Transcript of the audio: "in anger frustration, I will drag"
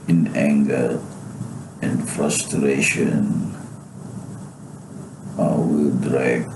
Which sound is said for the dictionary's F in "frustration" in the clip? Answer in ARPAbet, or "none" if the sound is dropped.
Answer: F